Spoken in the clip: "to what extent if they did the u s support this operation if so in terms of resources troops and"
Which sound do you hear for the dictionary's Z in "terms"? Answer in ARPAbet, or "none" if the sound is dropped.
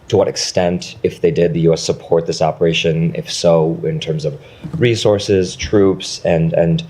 Z